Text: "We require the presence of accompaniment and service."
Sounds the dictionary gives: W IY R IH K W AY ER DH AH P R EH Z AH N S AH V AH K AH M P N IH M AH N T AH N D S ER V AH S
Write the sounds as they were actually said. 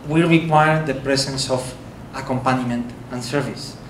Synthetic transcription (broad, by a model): W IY R IH K W AY ER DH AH P R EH S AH N S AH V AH K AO M P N M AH N T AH N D S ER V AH S